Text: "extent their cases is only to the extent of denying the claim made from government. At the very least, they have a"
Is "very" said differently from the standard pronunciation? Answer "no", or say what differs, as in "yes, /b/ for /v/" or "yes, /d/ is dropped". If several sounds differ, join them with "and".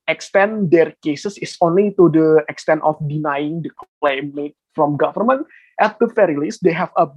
yes, /f/ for /v/